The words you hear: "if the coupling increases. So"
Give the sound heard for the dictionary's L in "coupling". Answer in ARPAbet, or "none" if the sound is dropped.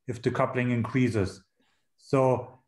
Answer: L